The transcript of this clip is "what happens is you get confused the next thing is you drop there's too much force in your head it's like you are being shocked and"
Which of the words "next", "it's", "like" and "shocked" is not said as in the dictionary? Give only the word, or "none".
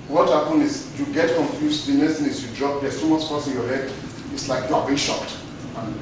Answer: next